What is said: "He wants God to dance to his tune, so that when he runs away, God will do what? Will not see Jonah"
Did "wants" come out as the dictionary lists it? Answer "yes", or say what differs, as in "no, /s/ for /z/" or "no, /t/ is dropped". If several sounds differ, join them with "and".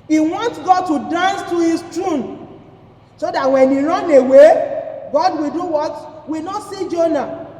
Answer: no, /s/ is dropped